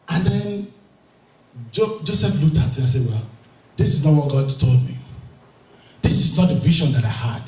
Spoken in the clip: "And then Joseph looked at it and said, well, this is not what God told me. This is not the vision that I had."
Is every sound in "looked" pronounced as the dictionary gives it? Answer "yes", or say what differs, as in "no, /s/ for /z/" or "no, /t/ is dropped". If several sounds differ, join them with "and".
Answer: no, /k/ is dropped